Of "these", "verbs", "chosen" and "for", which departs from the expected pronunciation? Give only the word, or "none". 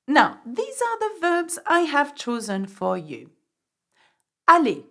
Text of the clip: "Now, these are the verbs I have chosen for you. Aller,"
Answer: none